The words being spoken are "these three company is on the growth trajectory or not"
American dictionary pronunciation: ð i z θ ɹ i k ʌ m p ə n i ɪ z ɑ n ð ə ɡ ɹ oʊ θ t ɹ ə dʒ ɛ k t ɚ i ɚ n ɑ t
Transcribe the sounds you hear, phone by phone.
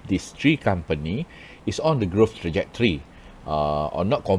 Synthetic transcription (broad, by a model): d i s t ɹ i k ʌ m p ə n i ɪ s ɑ n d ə ɡ ɹ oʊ f t ɹ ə dʒ ɛ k t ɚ i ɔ n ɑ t